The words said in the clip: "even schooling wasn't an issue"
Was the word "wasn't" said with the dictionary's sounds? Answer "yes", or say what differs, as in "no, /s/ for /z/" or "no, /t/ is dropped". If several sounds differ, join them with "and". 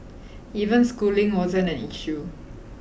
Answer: no, /t/ is dropped